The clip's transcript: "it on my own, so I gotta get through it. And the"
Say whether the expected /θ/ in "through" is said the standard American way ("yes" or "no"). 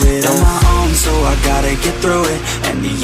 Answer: yes